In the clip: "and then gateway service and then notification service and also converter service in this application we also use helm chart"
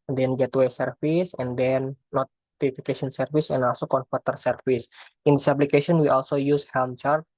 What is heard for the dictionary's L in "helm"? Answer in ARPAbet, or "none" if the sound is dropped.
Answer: L